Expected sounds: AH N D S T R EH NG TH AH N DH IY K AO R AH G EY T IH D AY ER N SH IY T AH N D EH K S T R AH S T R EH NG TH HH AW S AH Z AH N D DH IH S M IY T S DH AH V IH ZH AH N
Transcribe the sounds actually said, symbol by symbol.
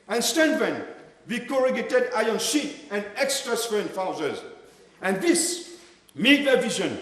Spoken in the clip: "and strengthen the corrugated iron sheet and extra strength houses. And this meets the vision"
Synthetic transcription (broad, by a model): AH N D S T EH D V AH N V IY K AO R AH G EY T IH D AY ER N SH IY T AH N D EH K S T R AH S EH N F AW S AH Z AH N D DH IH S M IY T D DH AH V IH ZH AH N